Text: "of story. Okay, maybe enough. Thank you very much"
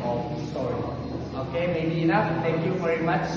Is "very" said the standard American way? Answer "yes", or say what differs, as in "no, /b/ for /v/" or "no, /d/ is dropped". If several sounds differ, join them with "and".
yes